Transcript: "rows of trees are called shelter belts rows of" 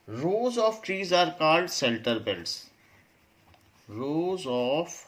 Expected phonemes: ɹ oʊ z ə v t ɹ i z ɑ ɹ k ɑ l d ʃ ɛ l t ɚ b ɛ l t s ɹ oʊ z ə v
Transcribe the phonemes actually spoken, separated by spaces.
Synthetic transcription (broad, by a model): ɹ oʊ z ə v t ɹ i z ɑ ɹ k ɑ l d s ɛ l t ɚ b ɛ l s ɹ oʊ z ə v